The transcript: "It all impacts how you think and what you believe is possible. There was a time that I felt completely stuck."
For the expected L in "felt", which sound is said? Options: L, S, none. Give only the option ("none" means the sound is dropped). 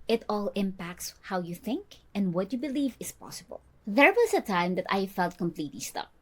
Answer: L